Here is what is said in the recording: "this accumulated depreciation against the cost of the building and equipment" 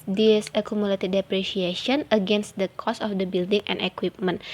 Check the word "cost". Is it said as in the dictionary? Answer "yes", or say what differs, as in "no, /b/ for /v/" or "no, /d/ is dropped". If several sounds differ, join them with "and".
no, /t/ is dropped